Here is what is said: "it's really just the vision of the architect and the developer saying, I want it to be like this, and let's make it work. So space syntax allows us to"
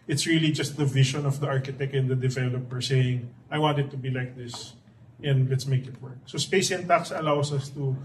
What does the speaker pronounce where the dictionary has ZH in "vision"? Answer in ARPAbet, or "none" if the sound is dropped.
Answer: SH